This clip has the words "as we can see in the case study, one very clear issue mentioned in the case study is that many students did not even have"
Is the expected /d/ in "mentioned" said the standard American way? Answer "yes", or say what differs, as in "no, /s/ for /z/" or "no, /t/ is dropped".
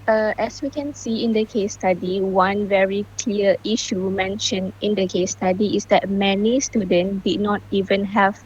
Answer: no, /d/ is dropped